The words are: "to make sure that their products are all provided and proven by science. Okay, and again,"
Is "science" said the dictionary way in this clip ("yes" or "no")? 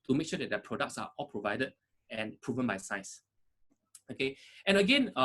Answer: no